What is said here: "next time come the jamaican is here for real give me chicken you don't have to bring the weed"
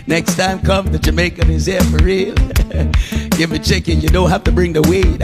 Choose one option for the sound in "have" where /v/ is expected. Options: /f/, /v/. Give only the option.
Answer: /f/